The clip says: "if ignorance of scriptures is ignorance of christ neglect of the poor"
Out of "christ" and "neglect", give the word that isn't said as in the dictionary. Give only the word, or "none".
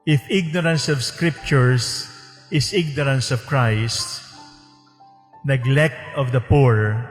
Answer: none